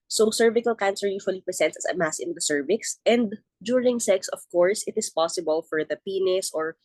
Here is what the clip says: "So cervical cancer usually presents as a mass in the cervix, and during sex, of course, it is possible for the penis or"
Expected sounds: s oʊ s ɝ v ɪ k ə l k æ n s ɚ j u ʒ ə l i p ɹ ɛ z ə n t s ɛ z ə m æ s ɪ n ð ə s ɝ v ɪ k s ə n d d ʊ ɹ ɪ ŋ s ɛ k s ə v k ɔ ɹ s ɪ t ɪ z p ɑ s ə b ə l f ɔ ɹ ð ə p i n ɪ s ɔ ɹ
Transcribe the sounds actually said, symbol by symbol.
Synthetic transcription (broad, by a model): s oʊ s ɝ v ɪ k ə l k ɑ n s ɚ j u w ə l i p ɹ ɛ s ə n t s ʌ s ə m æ s ɪ n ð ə s ɝ v ɪ k s ə n d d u ɹ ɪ ŋ s ɛ k s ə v k ɔ ɹ s ɪ t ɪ s p ɑ s ə b ə l f ɔ ɹ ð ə p i n ɪ s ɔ ɹ